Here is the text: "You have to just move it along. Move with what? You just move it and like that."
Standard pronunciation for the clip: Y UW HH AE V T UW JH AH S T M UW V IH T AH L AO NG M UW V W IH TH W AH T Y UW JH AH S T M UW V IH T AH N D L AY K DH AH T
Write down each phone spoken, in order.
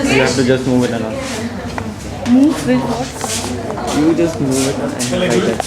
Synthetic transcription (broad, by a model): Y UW HH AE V T UW JH AH S T M UW V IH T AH N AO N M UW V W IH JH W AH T Y UW JH AH S T M UW V IH T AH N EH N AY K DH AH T